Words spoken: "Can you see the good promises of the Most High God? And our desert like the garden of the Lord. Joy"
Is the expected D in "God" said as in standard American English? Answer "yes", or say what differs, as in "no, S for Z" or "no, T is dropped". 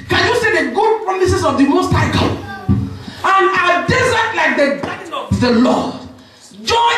no, D is dropped